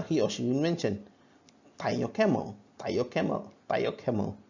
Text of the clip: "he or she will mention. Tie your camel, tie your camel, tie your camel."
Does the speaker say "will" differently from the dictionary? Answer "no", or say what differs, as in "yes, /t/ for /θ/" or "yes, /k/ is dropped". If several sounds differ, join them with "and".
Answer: yes, /n/ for /l/